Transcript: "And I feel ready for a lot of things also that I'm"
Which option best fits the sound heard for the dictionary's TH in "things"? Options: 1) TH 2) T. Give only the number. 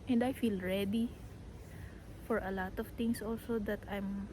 2